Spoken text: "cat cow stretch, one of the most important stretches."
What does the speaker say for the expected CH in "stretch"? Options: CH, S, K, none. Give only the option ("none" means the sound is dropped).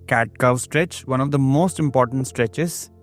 CH